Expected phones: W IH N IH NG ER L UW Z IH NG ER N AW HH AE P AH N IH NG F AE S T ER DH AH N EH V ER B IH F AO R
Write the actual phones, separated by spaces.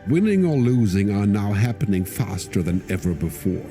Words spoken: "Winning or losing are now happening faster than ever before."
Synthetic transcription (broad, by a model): W IH N IH NG ER L UW Z IH NG ER N AW HH AE P AH N IH NG F AE S T ER DH AH N EH V ER B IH F AO R